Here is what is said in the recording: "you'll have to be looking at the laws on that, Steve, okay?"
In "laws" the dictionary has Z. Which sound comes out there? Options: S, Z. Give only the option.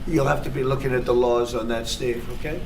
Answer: Z